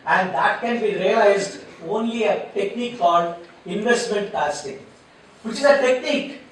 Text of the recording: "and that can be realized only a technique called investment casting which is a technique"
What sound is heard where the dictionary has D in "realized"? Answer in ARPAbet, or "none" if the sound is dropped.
D